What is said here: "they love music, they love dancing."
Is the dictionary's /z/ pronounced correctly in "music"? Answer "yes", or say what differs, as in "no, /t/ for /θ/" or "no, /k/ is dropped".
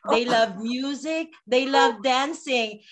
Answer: yes